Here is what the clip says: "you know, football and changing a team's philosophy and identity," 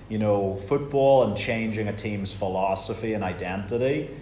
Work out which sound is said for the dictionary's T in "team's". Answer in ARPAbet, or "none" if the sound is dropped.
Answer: T